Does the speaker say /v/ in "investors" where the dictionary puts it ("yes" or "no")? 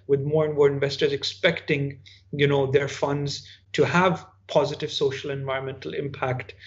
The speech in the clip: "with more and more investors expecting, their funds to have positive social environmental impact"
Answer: yes